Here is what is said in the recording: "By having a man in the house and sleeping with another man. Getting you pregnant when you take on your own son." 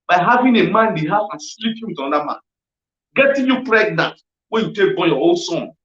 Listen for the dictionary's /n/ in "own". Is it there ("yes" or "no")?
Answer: no